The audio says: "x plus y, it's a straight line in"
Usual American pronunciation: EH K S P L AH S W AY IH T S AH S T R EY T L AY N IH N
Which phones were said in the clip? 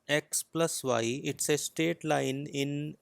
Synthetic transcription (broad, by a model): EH K S P L AH S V AY IH T S AH S T EY T L AY N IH N